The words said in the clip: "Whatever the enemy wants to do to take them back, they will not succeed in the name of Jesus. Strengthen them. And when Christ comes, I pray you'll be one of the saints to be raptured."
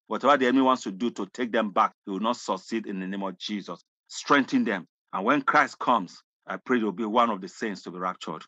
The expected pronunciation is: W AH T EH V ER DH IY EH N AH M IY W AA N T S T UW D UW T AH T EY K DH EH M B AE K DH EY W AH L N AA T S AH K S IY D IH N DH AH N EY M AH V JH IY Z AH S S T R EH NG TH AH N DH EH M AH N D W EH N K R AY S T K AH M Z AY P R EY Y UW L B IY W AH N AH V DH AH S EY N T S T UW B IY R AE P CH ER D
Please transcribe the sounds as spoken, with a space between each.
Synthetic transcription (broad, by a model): W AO T EH V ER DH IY EH N AH M IY W AA N T S T UW D UW T AH T EY K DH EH M B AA K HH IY W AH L N AA T S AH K S IY D IH N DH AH N EY M AH V JH IY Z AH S S T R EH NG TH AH N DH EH M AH N W EH N K R AY S T K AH M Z AY P R EY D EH W B IY W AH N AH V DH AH S EY N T S T UW B IY R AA P CH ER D